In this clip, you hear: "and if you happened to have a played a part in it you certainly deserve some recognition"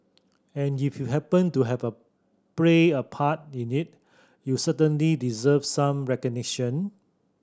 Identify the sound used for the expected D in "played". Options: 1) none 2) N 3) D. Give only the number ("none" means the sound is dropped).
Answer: 1